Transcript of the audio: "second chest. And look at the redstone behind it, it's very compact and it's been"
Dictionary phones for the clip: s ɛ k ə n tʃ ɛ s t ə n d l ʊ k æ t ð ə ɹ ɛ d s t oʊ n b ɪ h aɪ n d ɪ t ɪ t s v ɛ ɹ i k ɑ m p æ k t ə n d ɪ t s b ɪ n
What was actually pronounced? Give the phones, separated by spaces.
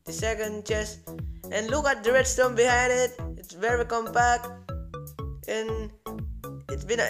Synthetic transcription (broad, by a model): s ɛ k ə n tʃ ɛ s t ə n l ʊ k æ t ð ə ɹ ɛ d s t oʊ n b ɪ h aɪ n d ɪ t ɪ t s v ɛ ɹ i k ɑ m p æ k t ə n ɪ t s b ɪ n